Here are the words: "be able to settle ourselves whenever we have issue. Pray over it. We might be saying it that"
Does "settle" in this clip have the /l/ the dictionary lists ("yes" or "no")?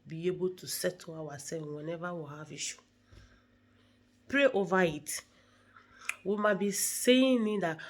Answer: no